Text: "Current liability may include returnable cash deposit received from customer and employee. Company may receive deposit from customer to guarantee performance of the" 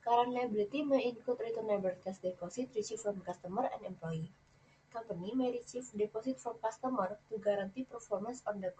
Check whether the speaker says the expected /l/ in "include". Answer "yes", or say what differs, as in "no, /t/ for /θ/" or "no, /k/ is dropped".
no, /l/ is dropped